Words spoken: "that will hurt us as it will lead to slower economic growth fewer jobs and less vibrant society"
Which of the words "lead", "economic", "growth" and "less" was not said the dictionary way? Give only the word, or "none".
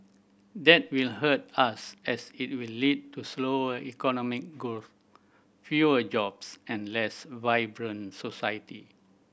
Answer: growth